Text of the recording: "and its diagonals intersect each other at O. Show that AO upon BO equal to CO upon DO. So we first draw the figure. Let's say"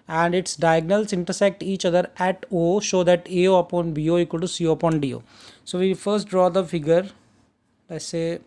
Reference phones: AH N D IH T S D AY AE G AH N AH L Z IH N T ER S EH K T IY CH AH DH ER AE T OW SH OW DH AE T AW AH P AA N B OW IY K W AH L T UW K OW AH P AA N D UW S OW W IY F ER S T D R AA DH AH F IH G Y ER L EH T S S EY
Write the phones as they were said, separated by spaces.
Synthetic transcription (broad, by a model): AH N D IH T S D AY G N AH L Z IH N T ER S EH K T IY CH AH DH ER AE T OW SH OW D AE T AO AH P AA N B OW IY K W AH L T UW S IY AH P AA N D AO S OW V IY F ER S T D R AA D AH F IH G Y ER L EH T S S EY